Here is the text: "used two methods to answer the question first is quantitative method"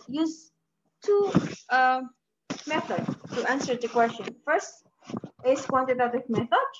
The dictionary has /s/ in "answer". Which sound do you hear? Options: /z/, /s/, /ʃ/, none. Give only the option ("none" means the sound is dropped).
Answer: /s/